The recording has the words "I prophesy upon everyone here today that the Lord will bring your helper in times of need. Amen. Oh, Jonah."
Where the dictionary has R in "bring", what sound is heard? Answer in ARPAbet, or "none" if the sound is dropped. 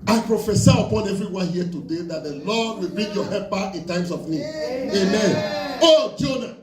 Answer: none